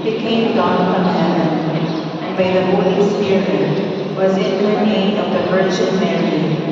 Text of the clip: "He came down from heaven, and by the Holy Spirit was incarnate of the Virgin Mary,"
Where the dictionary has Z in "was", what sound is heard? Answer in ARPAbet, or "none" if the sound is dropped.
Z